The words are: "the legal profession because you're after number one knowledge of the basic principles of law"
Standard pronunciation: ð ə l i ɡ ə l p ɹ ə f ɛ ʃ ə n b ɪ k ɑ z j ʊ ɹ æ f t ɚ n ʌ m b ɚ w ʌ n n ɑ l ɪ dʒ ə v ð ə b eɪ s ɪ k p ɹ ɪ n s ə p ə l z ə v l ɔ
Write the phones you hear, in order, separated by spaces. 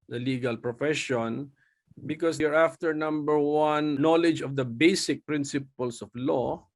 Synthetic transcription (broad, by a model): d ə l i ɡ ə l p ɹ ə f ɛ ʃ ə n b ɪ k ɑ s ɹ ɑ f t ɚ n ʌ m b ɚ w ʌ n n ɑ l ɪ dʒ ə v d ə b eɪ s ɪ k p ɹ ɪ n s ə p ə l s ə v l ɔ